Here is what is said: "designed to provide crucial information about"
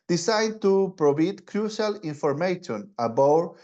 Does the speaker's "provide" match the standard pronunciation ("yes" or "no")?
no